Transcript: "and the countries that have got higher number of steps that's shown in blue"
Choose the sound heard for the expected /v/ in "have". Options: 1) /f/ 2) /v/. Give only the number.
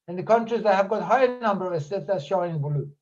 2